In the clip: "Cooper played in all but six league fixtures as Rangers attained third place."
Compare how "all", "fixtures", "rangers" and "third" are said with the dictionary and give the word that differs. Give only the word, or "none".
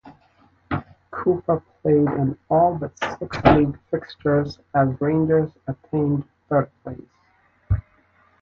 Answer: none